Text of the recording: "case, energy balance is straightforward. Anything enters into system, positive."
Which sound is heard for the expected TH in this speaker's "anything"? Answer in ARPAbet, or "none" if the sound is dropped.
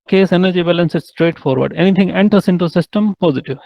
T